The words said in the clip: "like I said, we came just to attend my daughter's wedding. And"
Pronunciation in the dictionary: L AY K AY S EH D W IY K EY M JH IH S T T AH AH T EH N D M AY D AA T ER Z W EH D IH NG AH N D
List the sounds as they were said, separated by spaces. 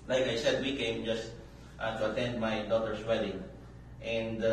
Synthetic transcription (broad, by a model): L AY K AY S EH D W IY K EY M JH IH S T T AH AH T EH N D M AY D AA T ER S W EH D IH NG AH N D